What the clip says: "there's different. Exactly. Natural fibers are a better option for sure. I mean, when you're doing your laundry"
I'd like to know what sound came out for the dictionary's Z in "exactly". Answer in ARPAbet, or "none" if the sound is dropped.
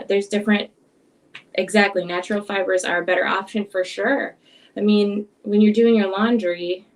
Z